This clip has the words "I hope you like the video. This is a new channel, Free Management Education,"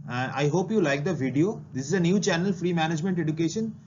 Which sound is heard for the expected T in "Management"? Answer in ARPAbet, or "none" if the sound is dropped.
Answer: T